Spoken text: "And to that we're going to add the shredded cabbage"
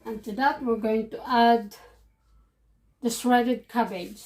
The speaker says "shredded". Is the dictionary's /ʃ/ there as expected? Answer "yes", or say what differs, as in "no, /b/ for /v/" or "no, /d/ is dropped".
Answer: no, /s/ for /ʃ/